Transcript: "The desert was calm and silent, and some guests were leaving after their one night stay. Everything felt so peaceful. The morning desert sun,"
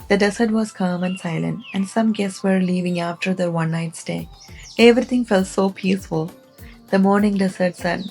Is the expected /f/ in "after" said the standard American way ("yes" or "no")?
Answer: yes